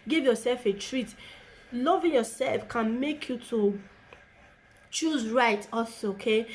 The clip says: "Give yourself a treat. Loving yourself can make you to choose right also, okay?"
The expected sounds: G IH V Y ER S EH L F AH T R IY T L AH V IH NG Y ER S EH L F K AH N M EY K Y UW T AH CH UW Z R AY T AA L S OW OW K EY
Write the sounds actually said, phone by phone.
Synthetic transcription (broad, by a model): G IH V Y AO S EH L F AH T R IY T L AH V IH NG Y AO S EH L F K AH N M EY K Y UW T AH CH UW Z R AY T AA S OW OW K EY